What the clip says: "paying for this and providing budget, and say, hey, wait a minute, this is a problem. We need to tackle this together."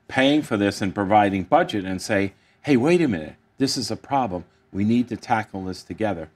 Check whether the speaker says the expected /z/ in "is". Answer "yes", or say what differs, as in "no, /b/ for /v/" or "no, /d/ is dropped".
yes